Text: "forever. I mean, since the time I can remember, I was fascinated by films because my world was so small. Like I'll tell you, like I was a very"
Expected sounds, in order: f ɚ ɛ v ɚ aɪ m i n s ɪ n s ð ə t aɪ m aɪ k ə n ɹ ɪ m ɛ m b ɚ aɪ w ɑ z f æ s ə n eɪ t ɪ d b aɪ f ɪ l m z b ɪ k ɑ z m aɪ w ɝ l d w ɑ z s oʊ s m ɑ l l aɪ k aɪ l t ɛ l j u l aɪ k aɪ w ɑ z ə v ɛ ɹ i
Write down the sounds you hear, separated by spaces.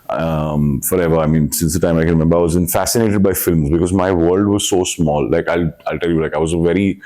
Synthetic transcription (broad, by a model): f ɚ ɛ v ɚ aɪ m i n s ɪ n s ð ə t aɪ m aɪ k ə n ɹ ɪ m ɛ m b ɚ aɪ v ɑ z f æ s ə n eɪ t ɪ d b aɪ f ɪ l m z b ɪ k ɑ z m aɪ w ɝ l d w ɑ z s oʊ s m ɑ l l aɪ k aɪ l t ɛ l j u l aɪ k aɪ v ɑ z ə v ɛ ɹ i